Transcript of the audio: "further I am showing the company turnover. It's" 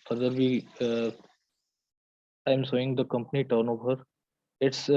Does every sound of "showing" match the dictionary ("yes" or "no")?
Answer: no